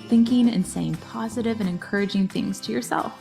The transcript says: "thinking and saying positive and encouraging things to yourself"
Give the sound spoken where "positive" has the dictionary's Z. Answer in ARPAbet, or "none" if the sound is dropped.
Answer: Z